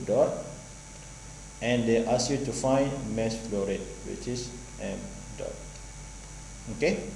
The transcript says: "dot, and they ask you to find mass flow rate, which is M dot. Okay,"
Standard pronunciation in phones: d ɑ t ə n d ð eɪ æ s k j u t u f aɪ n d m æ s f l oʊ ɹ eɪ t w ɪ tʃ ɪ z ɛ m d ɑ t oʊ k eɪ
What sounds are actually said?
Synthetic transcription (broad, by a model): d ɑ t ə n d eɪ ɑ s j u t u f aɪ n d m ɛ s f l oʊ ɹ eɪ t w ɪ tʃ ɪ s ɛ m d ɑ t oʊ k eɪ